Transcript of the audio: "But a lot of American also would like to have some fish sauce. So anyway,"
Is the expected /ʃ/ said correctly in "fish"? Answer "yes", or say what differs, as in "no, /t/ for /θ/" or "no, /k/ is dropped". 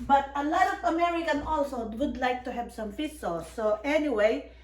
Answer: no, /s/ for /ʃ/